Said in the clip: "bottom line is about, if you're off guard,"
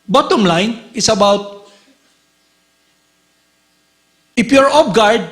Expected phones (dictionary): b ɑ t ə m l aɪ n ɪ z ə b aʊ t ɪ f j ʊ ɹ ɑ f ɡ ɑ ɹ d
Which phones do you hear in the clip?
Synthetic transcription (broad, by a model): b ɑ t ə m l aɪ n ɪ s ə b aʊ t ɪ p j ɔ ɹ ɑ p ɡ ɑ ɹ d